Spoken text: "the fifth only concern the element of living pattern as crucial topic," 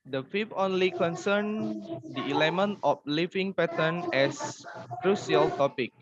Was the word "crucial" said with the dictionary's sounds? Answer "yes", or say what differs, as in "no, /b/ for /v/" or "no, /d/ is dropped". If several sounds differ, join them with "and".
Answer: no, /s/ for /ʃ/